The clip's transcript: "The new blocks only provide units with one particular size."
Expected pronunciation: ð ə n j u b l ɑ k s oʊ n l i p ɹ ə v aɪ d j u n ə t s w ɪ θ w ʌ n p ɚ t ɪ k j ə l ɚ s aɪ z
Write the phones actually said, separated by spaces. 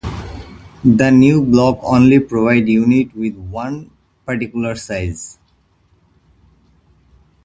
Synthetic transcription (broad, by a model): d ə n j u b l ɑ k oʊ n l i p ɹ ə v aɪ d j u n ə t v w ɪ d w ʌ n p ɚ t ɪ k j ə l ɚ s aɪ z